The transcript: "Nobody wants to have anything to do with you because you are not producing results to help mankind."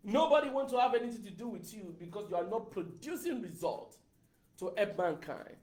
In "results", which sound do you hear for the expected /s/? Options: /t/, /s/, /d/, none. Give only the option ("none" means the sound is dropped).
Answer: none